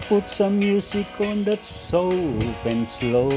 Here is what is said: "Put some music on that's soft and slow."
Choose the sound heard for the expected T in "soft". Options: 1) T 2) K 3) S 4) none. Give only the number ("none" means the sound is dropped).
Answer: 4